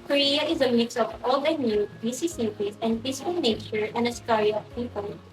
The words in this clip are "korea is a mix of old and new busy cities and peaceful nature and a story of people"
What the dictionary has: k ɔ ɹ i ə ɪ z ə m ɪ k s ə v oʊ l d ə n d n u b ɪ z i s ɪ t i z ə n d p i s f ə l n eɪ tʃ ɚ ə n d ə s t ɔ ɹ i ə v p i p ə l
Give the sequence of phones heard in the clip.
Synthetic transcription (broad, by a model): k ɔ ɹ i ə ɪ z ə m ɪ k s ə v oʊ l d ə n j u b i s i s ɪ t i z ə n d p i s ə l n eɪ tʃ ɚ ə n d ə s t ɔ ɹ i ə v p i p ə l